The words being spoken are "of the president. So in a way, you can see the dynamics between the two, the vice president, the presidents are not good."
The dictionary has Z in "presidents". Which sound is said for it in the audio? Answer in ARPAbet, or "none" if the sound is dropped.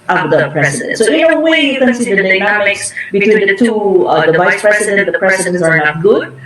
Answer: S